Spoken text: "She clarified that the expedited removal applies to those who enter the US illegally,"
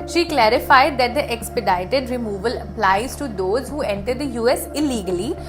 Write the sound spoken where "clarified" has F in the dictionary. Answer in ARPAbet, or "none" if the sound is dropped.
F